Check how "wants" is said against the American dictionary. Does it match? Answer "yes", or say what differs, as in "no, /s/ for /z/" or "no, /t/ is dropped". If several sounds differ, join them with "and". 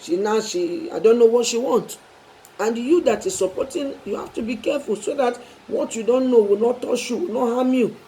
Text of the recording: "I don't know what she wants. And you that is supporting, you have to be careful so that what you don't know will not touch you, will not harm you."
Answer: no, /s/ is dropped